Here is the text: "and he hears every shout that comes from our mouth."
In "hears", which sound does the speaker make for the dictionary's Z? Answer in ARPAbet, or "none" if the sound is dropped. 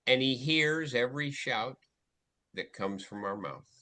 Z